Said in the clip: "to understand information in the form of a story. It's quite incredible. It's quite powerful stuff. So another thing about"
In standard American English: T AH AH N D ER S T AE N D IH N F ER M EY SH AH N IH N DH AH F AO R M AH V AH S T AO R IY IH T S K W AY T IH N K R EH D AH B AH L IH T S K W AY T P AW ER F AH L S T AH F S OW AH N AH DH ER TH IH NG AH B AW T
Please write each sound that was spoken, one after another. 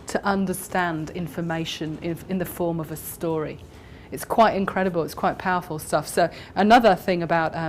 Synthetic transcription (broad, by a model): T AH AH N D ER S T AE N D IH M F ER M EY SH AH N IH N DH AH F AO R M AH V AH S T AO R IY IH T S K W AY T IH N K R EH D AH B AH L IH T S K W AY T P AW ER F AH L S T AH F S OW AH N AH DH ER TH IH NG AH B AW T